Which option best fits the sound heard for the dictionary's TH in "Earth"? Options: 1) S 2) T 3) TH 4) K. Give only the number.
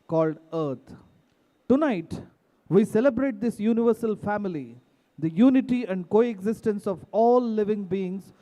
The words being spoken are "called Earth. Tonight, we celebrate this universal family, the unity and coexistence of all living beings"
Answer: 2